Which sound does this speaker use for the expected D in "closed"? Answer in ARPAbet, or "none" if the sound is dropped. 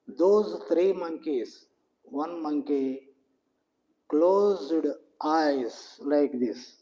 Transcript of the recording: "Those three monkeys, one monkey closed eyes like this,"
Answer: D